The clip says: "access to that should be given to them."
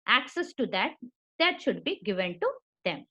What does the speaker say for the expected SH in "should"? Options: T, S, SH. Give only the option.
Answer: SH